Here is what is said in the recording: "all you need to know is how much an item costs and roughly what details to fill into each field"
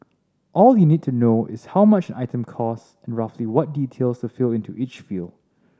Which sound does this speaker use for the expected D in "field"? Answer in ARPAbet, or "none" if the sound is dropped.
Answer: none